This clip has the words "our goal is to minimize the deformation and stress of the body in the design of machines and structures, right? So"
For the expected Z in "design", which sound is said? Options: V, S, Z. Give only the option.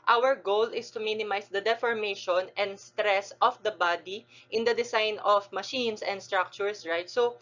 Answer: S